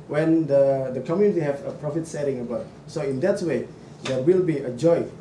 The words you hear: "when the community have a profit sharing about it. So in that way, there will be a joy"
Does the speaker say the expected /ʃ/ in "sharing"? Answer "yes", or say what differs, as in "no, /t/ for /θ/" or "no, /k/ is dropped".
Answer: no, /s/ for /ʃ/